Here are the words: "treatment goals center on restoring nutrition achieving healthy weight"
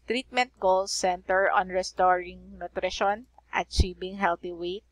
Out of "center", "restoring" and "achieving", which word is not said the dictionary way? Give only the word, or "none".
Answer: achieving